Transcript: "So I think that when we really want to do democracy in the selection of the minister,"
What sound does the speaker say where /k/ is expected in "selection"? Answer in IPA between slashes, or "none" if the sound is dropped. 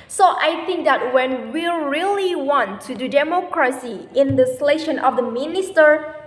none